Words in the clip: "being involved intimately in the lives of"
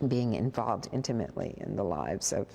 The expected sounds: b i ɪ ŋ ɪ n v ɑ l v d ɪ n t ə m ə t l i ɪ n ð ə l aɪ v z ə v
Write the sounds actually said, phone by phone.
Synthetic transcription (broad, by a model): b i ɪ ŋ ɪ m v ɑ l v d ɪ n t ə m ə t l i ɪ n ð ə l aɪ v z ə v